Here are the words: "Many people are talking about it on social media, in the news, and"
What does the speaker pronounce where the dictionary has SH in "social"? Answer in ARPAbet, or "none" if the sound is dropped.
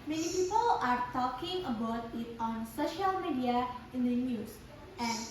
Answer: SH